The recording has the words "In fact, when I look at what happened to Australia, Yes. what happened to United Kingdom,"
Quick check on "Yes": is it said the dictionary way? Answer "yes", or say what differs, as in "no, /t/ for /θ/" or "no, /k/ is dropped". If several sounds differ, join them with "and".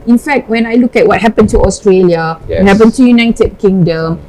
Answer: no, /s/ is dropped